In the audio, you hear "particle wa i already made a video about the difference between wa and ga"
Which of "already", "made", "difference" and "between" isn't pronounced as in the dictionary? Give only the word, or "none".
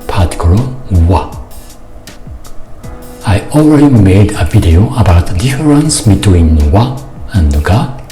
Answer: difference